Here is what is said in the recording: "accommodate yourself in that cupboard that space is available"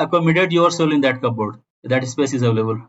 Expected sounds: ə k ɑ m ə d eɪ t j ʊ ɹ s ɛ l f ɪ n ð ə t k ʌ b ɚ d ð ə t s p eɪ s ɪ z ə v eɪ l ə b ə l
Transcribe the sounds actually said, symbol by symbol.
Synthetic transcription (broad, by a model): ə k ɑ m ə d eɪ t j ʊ ɹ s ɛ l ɪ n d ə t k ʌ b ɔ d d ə t s p eɪ s ɪ z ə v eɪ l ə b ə l